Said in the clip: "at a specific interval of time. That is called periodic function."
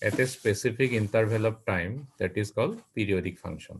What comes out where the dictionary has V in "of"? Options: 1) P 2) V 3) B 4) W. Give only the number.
1